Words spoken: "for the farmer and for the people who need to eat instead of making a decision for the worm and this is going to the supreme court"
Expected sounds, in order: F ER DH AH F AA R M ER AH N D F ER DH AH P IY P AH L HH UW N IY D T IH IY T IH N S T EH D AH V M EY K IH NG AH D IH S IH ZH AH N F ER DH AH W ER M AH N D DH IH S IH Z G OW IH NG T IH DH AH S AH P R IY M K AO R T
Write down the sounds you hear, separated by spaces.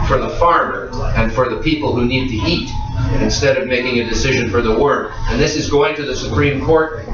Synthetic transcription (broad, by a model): F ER DH AH F AA R M ER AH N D F ER DH AH P IY P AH L HH UW N IY D T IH IY T IH N S T EH D AH V M EY K IH NG AH D IH S IH ZH AH N F ER DH AH W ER AH N DH IH S IH Z G OW IH NG T IH DH AH S AH P R IY M K AO R T